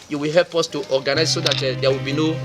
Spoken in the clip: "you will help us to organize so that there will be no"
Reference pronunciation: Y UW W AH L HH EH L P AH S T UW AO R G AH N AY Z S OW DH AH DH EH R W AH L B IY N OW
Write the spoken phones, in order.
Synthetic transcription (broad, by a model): Y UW W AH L HH EH L P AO S T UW AO G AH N AY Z S OW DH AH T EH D W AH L B IY N OW